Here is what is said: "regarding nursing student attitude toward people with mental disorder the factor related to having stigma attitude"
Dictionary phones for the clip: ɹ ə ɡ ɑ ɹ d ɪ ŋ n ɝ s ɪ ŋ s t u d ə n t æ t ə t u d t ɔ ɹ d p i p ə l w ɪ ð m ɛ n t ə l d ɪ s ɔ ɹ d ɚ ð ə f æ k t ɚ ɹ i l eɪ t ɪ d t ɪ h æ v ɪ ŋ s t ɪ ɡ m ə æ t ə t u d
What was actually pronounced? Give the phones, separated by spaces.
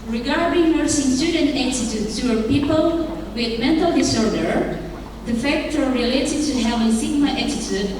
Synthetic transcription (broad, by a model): ɹ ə ɡ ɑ ɹ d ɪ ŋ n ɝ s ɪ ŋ s t u d ə n t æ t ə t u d s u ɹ p i p ə l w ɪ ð m ɛ n t ə l d ɪ s ɔ ɹ d ɚ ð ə f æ k t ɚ ɹ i l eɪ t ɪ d t ɪ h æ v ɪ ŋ s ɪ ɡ m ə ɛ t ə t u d